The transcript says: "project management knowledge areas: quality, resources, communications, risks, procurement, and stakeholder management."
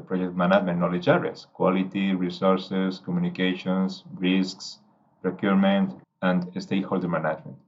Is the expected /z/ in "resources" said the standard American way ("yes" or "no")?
no